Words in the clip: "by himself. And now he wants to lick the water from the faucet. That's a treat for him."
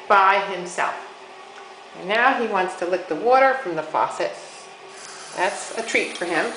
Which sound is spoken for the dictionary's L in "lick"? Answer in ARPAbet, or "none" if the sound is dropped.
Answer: L